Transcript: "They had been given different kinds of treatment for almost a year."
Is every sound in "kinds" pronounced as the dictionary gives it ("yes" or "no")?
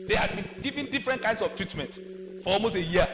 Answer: no